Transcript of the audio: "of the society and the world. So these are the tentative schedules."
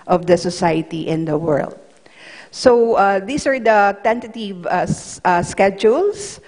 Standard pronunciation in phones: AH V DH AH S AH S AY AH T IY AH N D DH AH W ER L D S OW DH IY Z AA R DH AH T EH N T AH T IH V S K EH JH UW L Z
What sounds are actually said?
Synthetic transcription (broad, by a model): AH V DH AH S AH S AY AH T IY AH N D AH W ER L D S OW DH IY S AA R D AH T EH N T AH T IH V S K EH JH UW L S